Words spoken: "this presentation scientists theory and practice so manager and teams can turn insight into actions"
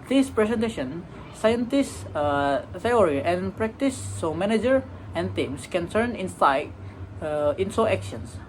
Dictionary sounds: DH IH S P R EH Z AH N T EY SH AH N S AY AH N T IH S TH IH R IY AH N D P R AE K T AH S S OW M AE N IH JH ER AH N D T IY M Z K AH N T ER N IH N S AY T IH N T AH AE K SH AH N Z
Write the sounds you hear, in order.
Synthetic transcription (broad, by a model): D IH S P R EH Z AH N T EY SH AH N S AY AH N T IH S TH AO R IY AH N P R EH K T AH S S OW M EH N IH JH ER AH N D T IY M S K AH N S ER N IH N S AY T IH N S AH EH K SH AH N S